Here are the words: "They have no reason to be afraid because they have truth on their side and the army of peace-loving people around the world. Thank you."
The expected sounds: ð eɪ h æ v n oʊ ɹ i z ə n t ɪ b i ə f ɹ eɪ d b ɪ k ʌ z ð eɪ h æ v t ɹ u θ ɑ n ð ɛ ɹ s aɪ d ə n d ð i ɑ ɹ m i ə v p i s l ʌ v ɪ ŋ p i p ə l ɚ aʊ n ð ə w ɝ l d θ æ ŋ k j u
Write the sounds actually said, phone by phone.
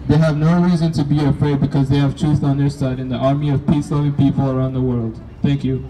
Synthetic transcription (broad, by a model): ð eɪ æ v n oʊ ɹ i z ə n t ɪ b i ə f ɹ eɪ d b ɪ k ʌ z ð eɪ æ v t ɹ u θ n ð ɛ ɹ s aɪ d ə n ð i ɑ ɹ m i ə v p i s l ʌ v ɪ ŋ p i p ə l ɚ aʊ n ð ə w ɝ l d θ æ ŋ k j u